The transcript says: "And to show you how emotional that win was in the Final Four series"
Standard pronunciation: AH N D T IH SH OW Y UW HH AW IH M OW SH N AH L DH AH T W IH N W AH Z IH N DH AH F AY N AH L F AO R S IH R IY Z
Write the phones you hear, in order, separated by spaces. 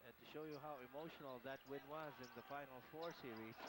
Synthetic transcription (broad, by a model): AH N T IH SH OW Y UW HH AW IH M OW SH N AH L DH AH T W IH N W AH Z IH N DH AH F AY N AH L F AO R S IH R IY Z